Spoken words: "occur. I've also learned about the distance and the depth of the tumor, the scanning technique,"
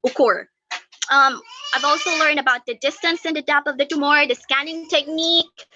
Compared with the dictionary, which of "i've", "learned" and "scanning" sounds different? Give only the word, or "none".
none